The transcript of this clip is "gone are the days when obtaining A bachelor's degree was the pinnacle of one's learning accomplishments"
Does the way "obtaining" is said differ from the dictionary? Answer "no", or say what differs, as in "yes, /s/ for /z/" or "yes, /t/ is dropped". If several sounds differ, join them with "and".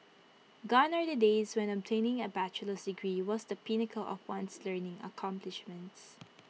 no